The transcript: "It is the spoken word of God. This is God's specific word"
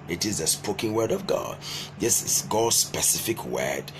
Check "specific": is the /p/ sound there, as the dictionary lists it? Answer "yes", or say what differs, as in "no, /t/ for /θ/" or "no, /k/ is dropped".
yes